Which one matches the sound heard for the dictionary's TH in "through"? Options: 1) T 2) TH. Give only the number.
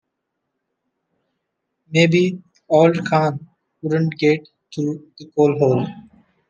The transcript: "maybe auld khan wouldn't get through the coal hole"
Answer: 1